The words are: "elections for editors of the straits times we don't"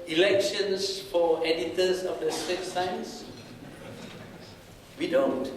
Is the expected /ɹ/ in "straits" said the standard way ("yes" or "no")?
no